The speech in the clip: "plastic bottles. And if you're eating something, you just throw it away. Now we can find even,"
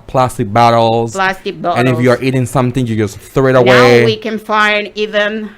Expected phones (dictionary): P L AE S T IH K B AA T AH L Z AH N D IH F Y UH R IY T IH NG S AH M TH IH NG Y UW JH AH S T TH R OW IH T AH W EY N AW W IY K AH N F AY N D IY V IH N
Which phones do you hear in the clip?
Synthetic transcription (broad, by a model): P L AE S T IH K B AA T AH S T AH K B IH F Y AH R IY T IH NG S AH M TH IH NG Y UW JH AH S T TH R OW IH T AH W EY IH W IY K AH N F AY N D IY V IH N